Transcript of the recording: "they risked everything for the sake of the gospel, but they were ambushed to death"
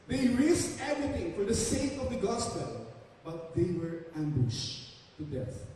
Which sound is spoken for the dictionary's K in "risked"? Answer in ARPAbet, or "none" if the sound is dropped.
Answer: none